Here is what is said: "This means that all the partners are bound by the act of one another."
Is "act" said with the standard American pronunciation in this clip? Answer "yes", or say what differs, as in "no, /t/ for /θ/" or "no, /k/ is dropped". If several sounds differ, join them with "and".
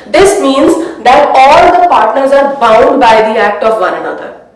yes